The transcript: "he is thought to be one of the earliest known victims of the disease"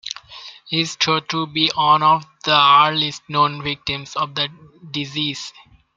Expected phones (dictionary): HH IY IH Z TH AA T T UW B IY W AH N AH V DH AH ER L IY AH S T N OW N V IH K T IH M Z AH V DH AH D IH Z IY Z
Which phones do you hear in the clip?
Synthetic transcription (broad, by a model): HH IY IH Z T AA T T UW B IY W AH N AH V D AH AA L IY S T N OW N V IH K T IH M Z AH V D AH D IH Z IY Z